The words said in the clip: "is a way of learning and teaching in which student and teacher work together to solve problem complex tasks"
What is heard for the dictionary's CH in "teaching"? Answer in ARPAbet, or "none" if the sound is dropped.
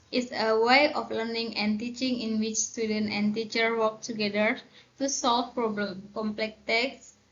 CH